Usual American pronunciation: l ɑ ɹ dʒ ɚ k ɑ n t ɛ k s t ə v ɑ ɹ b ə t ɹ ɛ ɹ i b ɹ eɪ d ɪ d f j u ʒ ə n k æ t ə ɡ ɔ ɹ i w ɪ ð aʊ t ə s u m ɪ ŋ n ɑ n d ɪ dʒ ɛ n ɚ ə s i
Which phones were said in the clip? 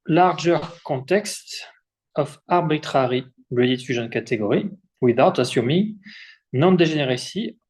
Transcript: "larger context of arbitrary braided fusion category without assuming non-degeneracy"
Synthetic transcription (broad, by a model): l ɑ ɹ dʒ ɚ k ɑ t ɛ k s t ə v ɑ ɹ b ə t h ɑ ɹ i b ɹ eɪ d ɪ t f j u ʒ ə n k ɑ t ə ɡ ɔ ɹ i w ɪ ð aʊ t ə s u m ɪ ŋ n ɑ n d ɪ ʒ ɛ n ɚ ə s i